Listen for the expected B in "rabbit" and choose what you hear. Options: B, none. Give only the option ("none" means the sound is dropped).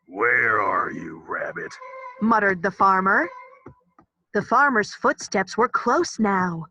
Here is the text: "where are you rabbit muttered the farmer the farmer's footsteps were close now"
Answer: B